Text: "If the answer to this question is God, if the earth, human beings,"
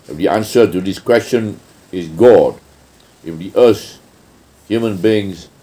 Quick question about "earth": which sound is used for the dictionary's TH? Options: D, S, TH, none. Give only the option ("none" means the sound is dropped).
S